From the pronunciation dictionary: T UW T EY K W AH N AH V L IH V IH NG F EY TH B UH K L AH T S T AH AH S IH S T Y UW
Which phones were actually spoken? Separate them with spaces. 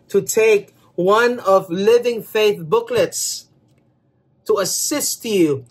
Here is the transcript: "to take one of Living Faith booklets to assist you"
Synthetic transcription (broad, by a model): T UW T EY K W AH N AH V L IH V IH NG F EY TH B UH K L AH T S T AH AH S IH S T Y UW